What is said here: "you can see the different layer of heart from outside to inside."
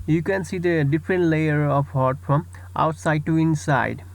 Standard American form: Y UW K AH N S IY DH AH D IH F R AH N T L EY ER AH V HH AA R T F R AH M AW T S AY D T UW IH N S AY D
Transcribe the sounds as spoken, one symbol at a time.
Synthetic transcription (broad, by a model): Y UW K AH N S IY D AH D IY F R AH N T L EY ER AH P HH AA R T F R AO M AW T S AY D T UW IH N S AY D